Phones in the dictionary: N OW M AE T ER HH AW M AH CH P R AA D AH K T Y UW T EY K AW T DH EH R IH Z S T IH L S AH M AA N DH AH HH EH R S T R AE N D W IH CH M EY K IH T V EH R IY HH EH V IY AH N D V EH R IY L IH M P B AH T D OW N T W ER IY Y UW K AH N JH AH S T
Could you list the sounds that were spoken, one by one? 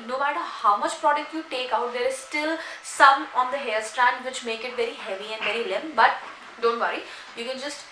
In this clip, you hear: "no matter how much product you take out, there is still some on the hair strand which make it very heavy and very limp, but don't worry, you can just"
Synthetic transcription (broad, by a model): N OW M AE T ER HH AW M AH CH P R AA D AH K T Y UW T EY K AW T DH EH R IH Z S T IH L S AH M AA N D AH HH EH L S T R AE N D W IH CH M EY K IH T V EH R IY HH EH V IY AH N D V EH R IY L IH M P B AH T D OW N T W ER IY Y UW K AH N JH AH S T